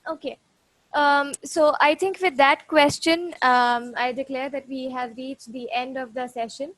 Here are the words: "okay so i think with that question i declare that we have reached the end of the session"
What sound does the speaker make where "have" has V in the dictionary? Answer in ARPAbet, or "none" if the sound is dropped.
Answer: V